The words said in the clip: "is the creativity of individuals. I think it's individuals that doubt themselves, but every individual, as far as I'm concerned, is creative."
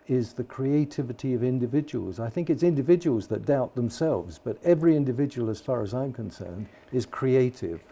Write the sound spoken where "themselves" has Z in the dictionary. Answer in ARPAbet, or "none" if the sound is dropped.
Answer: Z